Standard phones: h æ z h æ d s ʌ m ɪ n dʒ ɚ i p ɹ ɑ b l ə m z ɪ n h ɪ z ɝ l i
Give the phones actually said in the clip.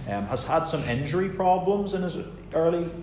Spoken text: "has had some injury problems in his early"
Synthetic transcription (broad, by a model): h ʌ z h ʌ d s ʌ m ɪ n dʒ ɚ i p ɹ ɑ b l ə m z ɪ n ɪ z ɝ l i